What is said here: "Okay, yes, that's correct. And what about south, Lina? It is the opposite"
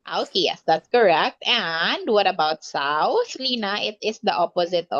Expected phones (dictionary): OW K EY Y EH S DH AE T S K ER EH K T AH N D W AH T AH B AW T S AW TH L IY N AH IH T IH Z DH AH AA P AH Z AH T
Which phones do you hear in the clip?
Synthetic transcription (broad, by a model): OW K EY Y EH S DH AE T S K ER EH K T AH N D W AH T AH B AW T S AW S L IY N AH IH T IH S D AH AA P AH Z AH T